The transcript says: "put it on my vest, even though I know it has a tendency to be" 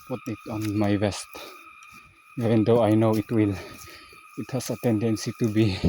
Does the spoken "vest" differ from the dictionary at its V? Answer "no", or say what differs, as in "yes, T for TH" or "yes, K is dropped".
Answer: yes, B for V